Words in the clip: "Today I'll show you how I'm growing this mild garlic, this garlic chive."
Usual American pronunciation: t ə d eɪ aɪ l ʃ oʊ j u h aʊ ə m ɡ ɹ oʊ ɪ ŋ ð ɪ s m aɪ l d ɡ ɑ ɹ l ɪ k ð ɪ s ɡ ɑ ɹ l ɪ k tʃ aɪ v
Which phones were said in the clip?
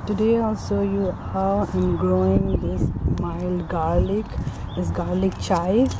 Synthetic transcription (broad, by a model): t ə d eɪ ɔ l s oʊ j u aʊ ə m ɡ ɹ oʊ ɪ ŋ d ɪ s m aɪ l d ɡ ɑ ɹ l ɪ k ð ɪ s ɡ ɑ ɹ l ɪ k tʃ aɪ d